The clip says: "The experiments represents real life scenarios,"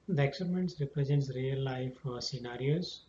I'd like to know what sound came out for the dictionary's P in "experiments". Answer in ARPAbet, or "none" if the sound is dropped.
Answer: none